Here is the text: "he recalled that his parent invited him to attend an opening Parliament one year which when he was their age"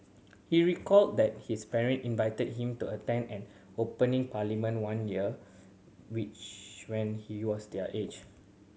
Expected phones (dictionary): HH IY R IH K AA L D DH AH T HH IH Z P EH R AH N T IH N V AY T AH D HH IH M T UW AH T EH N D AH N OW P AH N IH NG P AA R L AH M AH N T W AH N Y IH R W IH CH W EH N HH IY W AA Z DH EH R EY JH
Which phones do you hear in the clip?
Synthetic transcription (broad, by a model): HH IY R IH K AA L D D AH T HH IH S P EH R AH N T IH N V AY T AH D HH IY M T UW AH T EH N D AH N OW P AH N IH NG P AA L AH M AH N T W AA N Y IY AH W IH CH W EH N HH IY W AA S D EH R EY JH